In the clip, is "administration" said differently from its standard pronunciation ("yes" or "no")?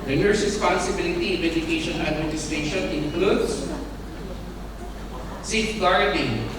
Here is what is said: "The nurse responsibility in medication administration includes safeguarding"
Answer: yes